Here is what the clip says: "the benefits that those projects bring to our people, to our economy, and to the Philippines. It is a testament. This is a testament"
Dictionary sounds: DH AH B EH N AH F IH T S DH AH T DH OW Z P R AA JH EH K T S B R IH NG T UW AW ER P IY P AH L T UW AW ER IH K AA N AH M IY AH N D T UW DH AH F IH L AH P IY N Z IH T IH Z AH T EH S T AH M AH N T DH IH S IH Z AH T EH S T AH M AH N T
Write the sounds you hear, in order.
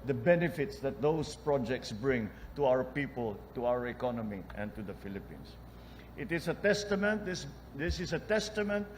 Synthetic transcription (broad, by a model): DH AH B EH N AH F IH T S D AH T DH OW S P R AA JH EH K T S B R IH NG T UW AW ER P IY P AH L T UW AW ER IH K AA N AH M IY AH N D T UW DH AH F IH L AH P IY N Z IH T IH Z AH T EH S T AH M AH N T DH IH S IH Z AH T EH S T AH M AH N T